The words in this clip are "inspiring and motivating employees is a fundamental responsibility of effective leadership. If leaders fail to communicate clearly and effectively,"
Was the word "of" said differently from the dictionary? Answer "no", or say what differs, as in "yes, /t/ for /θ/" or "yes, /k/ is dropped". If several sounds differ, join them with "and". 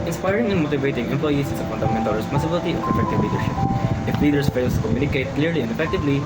yes, /p/ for /v/